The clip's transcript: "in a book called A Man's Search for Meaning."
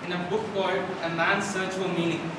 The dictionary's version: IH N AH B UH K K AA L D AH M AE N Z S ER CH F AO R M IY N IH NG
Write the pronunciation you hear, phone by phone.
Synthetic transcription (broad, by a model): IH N AH B UH K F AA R AH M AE N S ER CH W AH L M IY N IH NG